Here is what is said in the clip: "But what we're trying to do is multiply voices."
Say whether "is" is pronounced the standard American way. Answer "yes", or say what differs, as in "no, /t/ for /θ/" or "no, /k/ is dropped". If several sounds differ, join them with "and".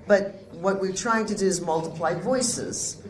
yes